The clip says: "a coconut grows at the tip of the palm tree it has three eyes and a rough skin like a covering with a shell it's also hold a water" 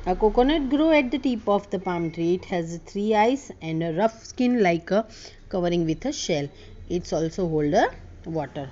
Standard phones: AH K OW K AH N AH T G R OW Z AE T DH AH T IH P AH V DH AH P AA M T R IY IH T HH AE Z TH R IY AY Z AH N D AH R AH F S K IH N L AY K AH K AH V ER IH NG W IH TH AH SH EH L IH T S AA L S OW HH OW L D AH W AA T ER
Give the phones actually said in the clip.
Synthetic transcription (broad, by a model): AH K OW K AH N AH T G R OW EH T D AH T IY P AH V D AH P AA M T R IY IH T HH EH Z T R IY AY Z AH N D AH R AH F S K IH N L AY K AH K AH V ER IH NG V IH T AH SH EH L IH T S AA L S OW HH OW L D AH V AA T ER